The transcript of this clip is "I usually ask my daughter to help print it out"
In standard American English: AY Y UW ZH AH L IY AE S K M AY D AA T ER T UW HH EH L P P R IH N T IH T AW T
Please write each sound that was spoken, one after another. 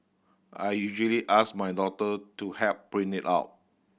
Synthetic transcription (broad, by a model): AY Y UW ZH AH L IY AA S M AY D AA T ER T UW HH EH P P R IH N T IH T AW T